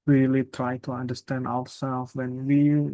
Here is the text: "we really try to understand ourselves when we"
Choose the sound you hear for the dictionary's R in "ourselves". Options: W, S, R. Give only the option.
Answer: W